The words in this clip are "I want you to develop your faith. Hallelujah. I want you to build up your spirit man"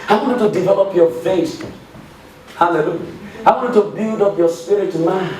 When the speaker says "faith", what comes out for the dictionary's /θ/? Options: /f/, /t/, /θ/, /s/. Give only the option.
/s/